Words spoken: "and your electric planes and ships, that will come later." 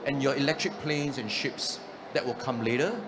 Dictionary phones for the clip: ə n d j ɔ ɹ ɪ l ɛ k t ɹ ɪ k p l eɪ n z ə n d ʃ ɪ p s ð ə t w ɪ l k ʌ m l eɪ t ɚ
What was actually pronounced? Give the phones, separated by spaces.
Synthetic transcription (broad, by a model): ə n j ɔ ɪ l ɛ k t ɹ ɪ k p l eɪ n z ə n ʃ ɪ p s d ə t w ɪ l k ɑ m l eɪ t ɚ